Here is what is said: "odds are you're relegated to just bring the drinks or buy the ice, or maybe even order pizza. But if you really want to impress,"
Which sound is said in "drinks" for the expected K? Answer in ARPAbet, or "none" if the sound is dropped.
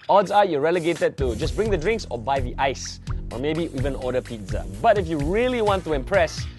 K